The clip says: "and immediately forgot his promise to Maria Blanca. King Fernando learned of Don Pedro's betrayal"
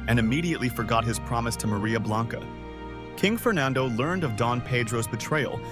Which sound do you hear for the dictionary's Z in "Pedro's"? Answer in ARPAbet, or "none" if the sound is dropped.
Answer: Z